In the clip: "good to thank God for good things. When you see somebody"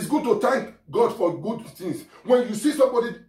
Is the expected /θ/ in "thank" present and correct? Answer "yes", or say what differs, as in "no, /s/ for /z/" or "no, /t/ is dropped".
no, /t/ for /θ/